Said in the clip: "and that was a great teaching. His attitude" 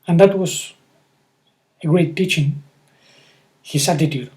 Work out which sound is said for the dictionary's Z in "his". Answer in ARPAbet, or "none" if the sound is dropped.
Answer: S